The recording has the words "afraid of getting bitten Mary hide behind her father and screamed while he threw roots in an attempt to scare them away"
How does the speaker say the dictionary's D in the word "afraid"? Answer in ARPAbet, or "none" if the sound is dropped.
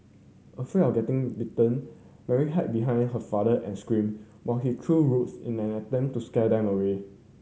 none